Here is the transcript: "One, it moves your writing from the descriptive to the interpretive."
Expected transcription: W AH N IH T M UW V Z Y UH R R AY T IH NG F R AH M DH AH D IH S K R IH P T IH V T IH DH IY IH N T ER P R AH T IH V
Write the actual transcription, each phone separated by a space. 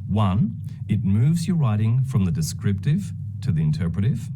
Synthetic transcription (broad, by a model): W AH N IH T M UW V Z Y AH R R AY T IH NG F R AH M DH AH D IH S K R IH P T IH V T IH DH IY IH N T ER P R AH T IH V